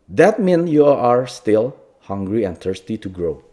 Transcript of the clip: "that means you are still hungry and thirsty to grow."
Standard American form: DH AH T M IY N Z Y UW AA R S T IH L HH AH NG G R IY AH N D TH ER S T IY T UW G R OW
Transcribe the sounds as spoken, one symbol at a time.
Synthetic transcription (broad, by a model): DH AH T M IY N Y UW AA R S T IH L HH AH NG G R IY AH N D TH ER S T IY T UW G R OW